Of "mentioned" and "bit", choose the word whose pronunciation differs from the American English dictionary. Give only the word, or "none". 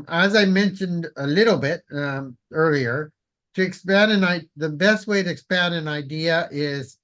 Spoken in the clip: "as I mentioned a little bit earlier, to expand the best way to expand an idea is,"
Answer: none